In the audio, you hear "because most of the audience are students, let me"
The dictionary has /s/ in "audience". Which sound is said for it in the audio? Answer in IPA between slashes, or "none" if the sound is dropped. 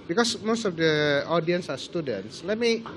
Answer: /s/